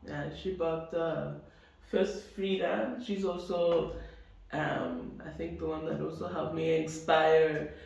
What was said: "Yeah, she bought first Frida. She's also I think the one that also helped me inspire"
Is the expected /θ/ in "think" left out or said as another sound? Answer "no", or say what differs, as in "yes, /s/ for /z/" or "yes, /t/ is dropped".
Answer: no